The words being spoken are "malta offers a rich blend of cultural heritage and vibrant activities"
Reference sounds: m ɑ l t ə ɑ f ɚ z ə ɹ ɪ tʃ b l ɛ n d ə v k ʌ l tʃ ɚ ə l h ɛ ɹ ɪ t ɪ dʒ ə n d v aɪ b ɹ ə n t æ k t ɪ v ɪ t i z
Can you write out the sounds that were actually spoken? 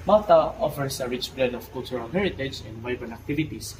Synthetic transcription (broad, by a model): m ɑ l t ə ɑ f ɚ s ə ɹ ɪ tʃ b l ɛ d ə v k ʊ l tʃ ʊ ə l h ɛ ɹ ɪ t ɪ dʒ ə n d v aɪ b ə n æ k t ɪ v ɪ t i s